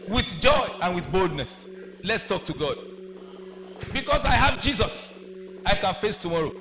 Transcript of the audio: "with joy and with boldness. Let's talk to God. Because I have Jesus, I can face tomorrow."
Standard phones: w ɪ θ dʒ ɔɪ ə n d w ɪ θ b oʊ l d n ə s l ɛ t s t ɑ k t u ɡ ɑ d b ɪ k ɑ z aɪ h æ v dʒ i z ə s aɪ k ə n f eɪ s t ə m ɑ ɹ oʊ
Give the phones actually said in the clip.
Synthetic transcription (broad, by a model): w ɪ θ dʒ ɔɪ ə n w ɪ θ b oʊ l d n ə s l ɛ t s t ɑ k t u ɡ ɑ d b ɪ k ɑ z aɪ h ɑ v dʒ i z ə s aɪ k ə n f eɪ s t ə m ɑ ɹ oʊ